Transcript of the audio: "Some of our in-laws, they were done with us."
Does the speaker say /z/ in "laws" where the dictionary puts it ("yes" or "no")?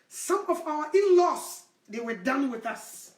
no